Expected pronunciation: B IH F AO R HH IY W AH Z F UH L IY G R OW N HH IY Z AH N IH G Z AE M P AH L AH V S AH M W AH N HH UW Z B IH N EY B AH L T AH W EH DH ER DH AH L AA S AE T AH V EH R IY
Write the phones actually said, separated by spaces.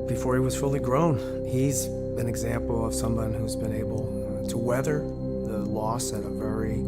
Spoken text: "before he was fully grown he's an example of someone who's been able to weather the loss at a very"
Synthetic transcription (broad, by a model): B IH F AO R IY W AH Z F UH L IY G R OW N HH IY Z AH N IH G Z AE M P L AH V S AH M W AH N HH UW Z B IH N EY B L T AH W EH DH ER DH AH L AA S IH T AH V EH R IY